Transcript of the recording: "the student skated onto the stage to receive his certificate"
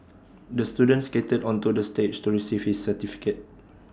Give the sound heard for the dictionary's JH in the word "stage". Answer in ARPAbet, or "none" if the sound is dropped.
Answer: CH